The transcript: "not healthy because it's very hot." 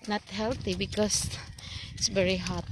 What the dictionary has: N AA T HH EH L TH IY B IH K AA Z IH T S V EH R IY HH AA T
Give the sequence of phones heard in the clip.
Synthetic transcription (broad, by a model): N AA T HH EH L T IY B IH K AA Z IH T S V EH R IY HH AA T